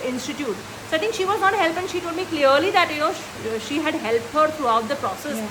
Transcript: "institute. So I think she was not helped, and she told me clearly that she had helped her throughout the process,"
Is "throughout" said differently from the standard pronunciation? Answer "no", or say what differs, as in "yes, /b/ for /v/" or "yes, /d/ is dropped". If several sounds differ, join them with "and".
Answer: yes, /t/ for /θ/